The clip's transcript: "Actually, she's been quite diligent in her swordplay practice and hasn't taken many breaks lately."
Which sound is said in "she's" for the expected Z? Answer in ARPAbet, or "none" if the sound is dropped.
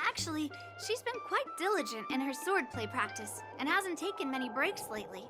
Z